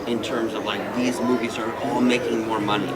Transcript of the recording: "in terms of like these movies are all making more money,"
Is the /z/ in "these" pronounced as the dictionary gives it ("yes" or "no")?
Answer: yes